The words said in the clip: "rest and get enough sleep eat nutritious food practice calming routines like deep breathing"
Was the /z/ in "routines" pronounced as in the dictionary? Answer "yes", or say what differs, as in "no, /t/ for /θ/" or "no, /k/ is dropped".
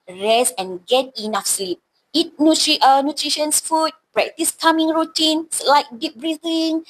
no, /s/ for /z/